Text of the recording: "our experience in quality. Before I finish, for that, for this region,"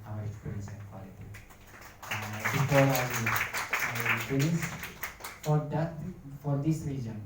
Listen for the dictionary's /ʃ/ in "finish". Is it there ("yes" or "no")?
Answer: no